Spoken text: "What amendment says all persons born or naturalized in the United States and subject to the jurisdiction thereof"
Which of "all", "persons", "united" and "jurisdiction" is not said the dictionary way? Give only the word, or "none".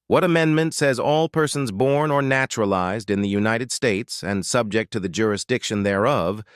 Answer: none